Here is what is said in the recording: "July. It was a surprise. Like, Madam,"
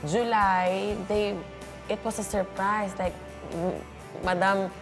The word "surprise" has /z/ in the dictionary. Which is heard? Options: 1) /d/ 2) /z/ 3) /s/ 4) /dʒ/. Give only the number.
3